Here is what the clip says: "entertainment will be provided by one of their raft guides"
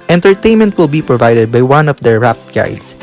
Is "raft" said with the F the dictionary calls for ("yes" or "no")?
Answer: no